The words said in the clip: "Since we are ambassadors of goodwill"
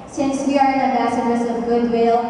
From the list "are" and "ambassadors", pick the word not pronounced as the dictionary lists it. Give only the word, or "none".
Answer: ambassadors